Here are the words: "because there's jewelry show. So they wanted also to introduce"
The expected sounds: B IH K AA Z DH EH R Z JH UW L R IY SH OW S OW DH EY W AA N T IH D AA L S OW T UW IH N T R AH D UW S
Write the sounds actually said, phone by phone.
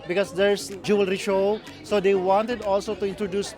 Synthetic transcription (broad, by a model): B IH K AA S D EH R S JH UW L R IY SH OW S OW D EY W AA N T IH D AA L S OW T UW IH N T R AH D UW S